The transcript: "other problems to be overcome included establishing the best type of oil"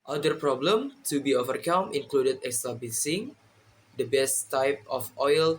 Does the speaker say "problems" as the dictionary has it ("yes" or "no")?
no